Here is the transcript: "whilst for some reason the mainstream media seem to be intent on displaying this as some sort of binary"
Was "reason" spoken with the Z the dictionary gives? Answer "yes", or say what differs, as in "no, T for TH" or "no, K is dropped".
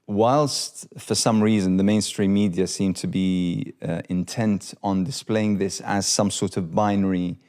yes